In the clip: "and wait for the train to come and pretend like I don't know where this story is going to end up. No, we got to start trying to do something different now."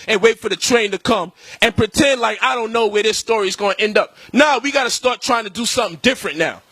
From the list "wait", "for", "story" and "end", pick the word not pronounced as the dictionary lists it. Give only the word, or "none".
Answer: none